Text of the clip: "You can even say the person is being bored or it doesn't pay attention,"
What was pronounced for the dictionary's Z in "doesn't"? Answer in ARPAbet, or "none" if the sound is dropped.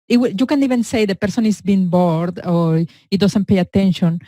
S